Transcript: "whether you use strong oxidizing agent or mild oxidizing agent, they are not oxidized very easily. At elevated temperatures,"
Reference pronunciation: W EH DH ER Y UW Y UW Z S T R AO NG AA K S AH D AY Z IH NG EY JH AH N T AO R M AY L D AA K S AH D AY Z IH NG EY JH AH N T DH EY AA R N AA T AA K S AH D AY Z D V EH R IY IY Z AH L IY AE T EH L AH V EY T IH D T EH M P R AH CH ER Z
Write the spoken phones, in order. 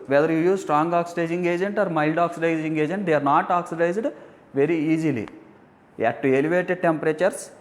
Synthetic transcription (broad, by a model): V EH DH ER Y UW Y UW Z S T R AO NG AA K S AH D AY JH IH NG EY JH AH N T AO R M AY L D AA K S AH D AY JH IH NG EY JH AH N T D EY AA R N AA T AA K S AH D AY Z D V EH R IY IY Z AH L IY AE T EH L AH V EY T IH D T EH M P R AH CH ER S